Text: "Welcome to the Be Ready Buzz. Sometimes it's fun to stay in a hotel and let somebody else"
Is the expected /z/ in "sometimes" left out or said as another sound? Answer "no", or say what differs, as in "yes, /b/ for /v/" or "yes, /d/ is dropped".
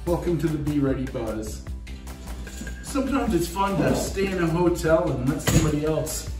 no